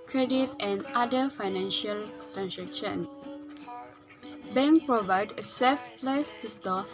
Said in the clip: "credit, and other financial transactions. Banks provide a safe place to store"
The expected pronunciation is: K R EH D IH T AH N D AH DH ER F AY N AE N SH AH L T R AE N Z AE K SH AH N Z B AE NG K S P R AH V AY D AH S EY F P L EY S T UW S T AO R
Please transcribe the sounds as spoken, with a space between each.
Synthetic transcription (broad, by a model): K R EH D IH T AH N D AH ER F AY N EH N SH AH L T R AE N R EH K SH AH N B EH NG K P R AH V AY D AH S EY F P L EY S T UW S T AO